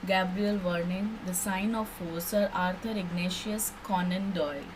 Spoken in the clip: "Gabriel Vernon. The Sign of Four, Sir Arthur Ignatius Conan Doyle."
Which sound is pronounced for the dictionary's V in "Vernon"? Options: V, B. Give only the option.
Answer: V